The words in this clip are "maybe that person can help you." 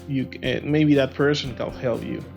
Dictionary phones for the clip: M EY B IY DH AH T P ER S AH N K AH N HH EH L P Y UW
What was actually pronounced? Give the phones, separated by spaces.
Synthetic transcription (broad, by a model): M EY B IY DH AH T P ER S AH N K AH L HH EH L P Y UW